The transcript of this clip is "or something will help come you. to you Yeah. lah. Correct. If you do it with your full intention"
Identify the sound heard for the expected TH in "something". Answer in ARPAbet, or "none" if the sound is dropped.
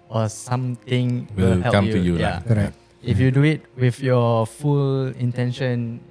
T